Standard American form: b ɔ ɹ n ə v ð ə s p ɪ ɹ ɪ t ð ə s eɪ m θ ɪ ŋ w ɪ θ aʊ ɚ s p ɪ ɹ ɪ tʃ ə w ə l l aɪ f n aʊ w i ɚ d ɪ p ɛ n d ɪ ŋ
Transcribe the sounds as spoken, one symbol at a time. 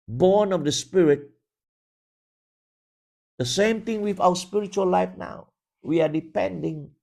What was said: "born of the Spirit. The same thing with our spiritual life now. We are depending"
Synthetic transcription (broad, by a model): b ɔ n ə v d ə s p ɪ ɹ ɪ t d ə s eɪ m t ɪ ŋ w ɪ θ aʊ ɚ s p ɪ ɹ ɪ tʃ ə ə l l aɪ f n aʊ w i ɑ d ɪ p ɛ n d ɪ ŋ